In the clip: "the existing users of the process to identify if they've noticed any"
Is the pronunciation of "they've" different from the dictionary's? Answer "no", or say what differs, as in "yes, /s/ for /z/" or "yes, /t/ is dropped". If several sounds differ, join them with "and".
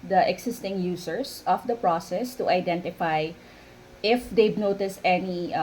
yes, /b/ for /v/